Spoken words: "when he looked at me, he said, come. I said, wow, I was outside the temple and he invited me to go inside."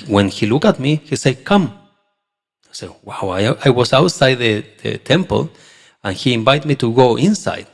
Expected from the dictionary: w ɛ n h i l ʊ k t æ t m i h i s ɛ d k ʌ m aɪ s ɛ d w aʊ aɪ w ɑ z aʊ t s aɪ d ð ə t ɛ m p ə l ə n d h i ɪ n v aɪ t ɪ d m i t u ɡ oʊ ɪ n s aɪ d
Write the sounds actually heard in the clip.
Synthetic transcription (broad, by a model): w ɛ n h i l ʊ k ɑ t m i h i s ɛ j k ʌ m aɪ s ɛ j w aʊ aɪ w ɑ s aʊ t s aɪ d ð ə t ɛ m p ə l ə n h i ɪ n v aɪ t m i t u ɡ oʊ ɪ n s aɪ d